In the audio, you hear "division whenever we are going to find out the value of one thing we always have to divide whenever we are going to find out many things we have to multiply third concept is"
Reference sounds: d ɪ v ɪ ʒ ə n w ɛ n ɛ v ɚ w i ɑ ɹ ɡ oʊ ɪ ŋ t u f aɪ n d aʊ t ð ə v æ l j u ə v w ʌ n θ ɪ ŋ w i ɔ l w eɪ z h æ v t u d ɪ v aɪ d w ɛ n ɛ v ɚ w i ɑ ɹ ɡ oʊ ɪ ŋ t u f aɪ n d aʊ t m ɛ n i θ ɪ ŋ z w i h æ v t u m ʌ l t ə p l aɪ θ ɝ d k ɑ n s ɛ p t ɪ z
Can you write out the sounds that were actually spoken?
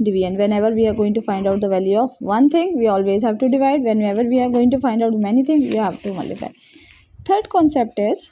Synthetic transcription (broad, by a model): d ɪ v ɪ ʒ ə n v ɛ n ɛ v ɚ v i ɑ ɹ ɡ oʊ ɪ ŋ t u f aɪ n d aʊ t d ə v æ l j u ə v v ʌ n t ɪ ŋ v i ɔ l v eɪ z h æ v t u d ɪ v aɪ d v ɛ n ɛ v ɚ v i ɑ ɹ ɡ oʊ ɪ ŋ t u f aɪ n d aʊ t m ɛ n i t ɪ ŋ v i h æ v t u m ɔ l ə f aɪ t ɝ d k ɑ n s ɛ p t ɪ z